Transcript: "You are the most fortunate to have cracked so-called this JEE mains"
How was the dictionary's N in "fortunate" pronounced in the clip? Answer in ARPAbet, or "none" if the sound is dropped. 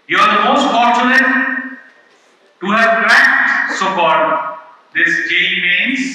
L